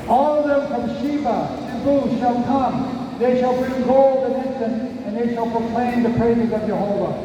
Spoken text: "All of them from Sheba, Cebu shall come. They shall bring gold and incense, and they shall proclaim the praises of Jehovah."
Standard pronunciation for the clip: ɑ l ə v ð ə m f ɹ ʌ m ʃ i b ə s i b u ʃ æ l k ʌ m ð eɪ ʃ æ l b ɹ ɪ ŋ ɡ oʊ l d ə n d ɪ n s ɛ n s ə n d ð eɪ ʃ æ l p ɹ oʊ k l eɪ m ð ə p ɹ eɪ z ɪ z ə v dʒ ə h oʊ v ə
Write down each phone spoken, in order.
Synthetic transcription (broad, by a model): ɑ l ə v ð ə m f ɹ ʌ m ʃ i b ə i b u ʃ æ l k ʌ m ð eɪ ʃ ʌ l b ɪ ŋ ɡ oʊ l d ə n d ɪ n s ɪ n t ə n ð eɪ ʃ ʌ l p ɹ oʊ k l eɪ m ð ə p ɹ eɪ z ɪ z ə v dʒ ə h oʊ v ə